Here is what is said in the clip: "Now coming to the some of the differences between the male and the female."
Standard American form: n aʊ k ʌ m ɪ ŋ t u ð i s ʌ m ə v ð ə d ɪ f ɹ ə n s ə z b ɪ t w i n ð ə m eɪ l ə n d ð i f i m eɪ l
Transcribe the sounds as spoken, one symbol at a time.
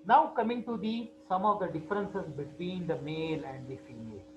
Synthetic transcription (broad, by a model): n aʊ k ʌ m ɪ ŋ t u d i s ʌ m ə v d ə d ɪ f ɹ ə n s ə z b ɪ t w i n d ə m eɪ l ə n d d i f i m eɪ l